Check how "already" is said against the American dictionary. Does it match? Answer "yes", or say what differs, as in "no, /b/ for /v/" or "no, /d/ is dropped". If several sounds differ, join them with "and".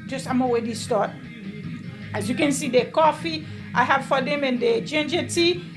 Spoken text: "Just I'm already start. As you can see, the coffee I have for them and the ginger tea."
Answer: no, /w/ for /ɹ/